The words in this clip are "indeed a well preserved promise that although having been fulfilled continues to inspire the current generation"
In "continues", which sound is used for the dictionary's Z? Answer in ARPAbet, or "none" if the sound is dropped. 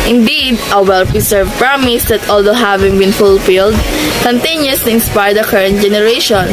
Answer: S